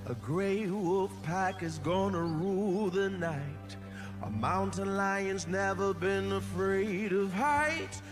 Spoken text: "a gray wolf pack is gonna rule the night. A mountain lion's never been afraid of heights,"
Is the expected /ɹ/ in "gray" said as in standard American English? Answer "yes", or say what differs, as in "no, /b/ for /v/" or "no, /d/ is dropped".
yes